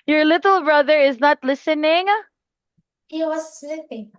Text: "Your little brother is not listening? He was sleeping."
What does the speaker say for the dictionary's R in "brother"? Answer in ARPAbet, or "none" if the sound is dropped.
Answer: R